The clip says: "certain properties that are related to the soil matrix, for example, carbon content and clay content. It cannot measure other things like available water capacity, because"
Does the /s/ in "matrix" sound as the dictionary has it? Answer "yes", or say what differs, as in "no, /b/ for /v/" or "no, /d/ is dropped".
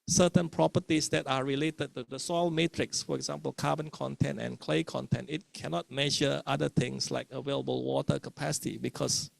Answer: yes